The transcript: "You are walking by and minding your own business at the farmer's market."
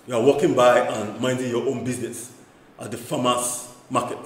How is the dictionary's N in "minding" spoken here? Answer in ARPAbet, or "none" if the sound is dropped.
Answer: N